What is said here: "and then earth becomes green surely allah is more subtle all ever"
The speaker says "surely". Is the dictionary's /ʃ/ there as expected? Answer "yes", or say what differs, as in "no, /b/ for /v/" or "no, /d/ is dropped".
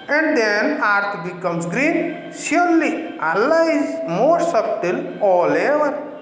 no, /s/ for /ʃ/